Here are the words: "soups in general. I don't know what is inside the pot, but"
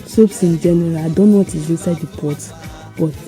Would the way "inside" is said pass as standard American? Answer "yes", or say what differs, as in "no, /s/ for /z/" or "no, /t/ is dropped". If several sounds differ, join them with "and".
no, /n/ is dropped